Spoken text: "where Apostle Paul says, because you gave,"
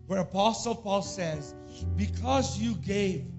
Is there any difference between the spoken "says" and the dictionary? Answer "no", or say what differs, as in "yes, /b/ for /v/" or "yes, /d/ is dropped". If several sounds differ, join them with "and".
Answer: no